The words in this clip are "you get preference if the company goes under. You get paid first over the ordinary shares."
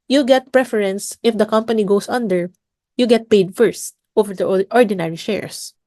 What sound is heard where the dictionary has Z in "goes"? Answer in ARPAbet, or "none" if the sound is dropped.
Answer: S